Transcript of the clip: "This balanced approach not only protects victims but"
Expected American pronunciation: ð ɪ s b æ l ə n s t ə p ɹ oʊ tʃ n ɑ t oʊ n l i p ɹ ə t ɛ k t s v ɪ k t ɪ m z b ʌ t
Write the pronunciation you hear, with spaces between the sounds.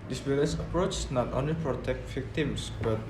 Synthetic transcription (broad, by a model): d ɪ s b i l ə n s ə p ɹ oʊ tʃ n ɑ t oʊ n l i p ɹ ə t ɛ k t v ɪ k t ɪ m s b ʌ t